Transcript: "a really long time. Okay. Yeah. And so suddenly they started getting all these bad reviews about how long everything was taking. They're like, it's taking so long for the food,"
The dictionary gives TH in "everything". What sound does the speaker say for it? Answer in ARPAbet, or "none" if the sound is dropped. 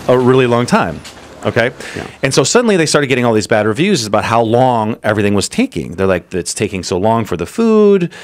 TH